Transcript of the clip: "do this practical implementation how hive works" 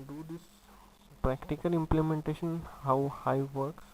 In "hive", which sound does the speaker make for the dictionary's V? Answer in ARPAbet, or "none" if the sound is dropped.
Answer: V